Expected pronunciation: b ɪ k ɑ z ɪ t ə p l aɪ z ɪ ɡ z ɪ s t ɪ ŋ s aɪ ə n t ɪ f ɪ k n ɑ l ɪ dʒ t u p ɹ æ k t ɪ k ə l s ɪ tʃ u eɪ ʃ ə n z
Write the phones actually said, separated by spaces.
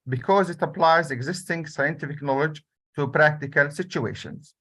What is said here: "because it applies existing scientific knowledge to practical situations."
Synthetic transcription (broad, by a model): b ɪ k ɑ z ɪ t ə p l aɪ z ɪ ɡ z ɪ s t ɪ ŋ s aɪ ə n t ɪ f ɪ k n ɑ l ɪ dʒ t u p ɹ æ k t ɪ k ə l s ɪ tʃ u eɪ ʃ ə n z